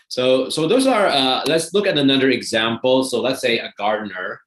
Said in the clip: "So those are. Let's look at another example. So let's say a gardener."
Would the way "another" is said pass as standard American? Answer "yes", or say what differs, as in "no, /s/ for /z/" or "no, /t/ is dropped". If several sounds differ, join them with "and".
yes